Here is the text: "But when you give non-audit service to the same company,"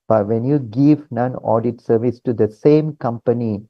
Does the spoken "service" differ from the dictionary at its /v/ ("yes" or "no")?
no